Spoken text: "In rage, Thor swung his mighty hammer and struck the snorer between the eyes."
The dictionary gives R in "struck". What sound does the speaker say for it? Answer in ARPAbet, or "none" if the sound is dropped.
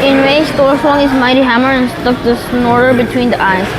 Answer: none